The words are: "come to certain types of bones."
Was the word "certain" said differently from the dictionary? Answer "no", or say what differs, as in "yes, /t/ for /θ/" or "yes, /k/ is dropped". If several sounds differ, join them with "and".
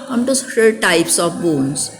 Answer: yes, /l/ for /n/